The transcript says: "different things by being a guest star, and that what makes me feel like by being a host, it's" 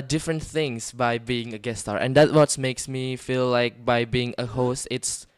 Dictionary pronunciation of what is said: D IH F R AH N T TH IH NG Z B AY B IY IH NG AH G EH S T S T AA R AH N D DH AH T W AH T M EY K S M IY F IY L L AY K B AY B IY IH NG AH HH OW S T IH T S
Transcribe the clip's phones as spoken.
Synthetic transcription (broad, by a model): D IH F R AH N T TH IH NG S B AY B IY IH NG AH G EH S S T AA R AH N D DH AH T W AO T M EY K S M IY F IY L L AY K B AY B IY IH NG AH HH OW S T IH T S